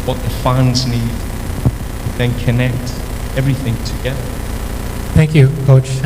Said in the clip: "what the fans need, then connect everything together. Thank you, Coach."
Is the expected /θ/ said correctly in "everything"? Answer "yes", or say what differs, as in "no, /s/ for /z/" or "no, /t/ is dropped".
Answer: yes